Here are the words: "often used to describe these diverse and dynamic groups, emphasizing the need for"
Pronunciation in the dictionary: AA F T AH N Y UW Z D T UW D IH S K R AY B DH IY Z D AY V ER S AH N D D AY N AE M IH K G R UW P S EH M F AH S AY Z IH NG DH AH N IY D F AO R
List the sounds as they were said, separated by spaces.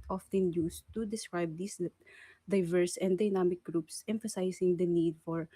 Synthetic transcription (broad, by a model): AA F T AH N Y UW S T UW D IH S K R AY B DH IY S D AY V ER S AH N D D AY N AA M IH K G R UW P S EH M F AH S AY S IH NG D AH N IY D F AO R